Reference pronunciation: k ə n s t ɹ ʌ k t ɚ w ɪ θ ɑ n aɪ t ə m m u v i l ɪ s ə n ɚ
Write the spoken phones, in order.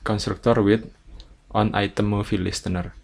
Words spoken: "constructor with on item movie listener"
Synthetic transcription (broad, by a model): k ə n s t ɹ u k t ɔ w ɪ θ ɑ n aɪ t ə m m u f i l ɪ s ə n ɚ